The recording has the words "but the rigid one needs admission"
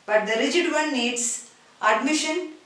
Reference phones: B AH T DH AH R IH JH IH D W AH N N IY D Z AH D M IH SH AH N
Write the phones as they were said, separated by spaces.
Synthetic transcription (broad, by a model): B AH T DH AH R IH JH IH D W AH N N IY D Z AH D M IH SH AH N